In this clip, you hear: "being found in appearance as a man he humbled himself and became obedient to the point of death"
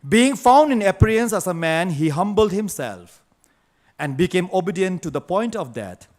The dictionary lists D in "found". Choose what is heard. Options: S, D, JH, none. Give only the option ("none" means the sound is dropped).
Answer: D